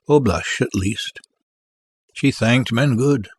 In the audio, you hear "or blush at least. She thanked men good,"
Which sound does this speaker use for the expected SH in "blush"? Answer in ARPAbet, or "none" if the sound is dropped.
SH